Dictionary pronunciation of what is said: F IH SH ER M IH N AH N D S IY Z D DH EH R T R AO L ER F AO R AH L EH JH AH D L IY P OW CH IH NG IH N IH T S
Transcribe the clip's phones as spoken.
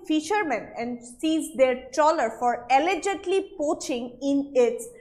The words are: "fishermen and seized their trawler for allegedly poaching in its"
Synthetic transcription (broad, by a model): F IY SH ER M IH N AH N D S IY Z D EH R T AO L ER F AO R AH L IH JH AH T L IY P OW CH IH NG IH N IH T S